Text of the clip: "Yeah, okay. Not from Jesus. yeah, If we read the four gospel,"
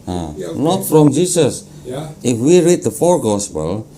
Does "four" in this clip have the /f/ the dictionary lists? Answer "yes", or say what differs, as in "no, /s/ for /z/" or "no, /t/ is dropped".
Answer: yes